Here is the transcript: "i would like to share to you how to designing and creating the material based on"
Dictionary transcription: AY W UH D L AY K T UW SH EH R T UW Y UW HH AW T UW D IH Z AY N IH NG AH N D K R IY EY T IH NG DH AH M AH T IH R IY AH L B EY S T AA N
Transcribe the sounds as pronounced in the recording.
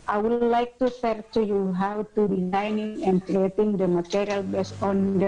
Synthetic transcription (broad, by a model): AY W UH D L AY K T UW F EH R T UW Y UW HH AW T UW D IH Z AY N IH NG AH N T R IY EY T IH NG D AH M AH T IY R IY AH L B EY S AA N